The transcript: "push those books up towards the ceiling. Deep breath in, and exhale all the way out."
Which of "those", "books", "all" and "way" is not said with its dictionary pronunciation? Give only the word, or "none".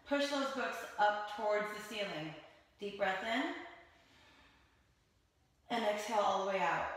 none